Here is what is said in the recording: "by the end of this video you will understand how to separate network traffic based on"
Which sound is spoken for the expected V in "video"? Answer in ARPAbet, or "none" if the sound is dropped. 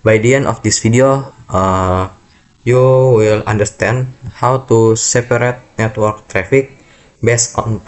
F